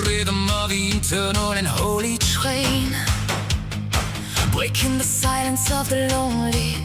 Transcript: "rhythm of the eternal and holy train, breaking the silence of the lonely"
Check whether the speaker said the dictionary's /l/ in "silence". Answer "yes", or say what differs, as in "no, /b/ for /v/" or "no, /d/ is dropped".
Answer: yes